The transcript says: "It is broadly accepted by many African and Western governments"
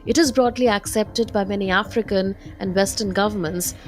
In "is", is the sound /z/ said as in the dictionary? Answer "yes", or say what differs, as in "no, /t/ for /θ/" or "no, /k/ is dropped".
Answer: yes